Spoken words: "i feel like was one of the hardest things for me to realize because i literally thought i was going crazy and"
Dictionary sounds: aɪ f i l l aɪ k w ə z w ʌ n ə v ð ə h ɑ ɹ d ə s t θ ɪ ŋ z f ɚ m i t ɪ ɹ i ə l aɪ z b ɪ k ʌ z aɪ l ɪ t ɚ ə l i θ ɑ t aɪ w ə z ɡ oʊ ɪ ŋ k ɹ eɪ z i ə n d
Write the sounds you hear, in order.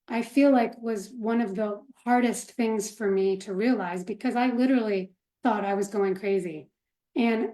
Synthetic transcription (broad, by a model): aɪ f i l l aɪ k w ə z w ʌ n ə v ð ə h ɑ ɹ d ə s t θ ɪ ŋ z f ɚ m i t ɪ ɹ i ə l aɪ z b ɪ k ʌ z aɪ l ɪ t ɚ l i θ ɑ t aɪ w ə z ɡ oʊ ɪ ŋ k ɹ eɪ z i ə n